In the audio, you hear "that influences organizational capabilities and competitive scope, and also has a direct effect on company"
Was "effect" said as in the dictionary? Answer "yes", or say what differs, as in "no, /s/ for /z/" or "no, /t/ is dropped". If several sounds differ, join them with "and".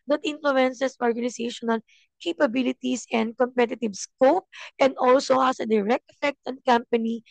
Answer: yes